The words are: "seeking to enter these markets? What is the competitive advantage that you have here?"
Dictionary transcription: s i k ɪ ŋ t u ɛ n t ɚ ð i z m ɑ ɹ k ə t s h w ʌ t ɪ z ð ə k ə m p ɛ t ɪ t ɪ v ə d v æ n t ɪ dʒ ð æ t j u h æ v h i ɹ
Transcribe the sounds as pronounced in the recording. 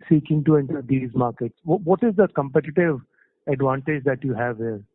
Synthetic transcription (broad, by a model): s i k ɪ ŋ t u ɛ n t ɚ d i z m ɑ ɹ k ə t s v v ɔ t ɪ z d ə k ə m p ɛ t ɪ t ɪ v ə d v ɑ n t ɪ dʒ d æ t j u h æ v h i ɹ